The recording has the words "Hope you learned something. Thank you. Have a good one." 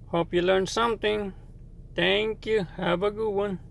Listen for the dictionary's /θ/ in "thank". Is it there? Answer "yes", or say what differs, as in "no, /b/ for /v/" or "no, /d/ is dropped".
no, /t/ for /θ/